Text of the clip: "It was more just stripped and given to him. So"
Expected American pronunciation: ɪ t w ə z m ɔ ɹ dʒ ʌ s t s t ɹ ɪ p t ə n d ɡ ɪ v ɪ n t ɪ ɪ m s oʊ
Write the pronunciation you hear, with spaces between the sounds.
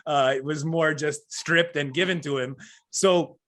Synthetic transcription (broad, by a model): ɪ t w ə z m ɔ ɹ dʒ ʌ s t s t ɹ ɪ p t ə n ɡ ɪ v ɪ n t ɪ ɪ m s oʊ